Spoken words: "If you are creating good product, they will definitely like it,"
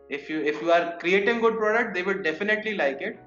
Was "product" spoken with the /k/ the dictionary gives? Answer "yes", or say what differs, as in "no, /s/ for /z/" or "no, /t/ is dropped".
yes